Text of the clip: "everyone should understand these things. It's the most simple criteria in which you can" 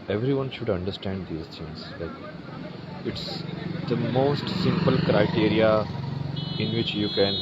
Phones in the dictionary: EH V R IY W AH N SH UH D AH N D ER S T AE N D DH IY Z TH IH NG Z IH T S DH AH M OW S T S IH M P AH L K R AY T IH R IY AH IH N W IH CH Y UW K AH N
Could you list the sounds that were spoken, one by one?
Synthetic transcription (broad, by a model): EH V R IY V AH N SH UH D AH N D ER S T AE N D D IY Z S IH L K IH T S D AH M OW S T S IH M P AH L K R AY T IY R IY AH IH N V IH CH Y UW K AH N